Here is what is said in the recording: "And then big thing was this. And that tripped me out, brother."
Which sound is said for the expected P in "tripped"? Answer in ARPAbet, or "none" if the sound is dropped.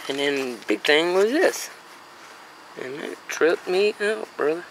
none